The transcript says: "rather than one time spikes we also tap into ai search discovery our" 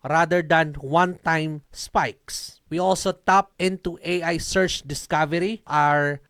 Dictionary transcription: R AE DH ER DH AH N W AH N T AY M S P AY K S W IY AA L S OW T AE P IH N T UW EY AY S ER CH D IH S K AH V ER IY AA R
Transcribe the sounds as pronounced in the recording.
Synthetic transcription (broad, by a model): R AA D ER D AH N W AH N T AY M S P AY K S W IY AA L S OW T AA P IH N T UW EY AY S ER CH D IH S K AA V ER IY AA R